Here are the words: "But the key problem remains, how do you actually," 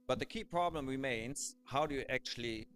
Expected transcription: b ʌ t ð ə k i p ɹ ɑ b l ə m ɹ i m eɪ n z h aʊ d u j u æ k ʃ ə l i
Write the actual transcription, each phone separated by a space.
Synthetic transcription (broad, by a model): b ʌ t ð ə k i p ɹ ɑ b l ə m ɹ i m eɪ n z h aʊ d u j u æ k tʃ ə l i